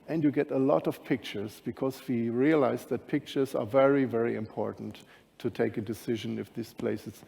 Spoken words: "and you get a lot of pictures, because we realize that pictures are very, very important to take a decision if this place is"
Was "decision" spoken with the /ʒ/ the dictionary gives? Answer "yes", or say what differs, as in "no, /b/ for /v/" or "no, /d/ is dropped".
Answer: yes